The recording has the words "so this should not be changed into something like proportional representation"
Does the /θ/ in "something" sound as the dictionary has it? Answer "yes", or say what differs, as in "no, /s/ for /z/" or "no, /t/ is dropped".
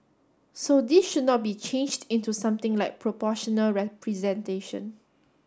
no, /t/ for /θ/